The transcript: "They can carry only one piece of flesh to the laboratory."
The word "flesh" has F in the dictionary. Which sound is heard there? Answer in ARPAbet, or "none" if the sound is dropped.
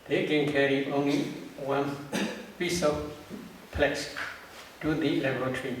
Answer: P